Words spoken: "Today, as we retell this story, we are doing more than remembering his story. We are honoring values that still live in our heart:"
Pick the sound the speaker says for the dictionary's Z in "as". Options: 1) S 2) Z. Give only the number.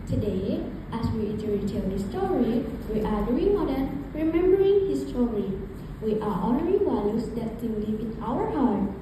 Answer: 1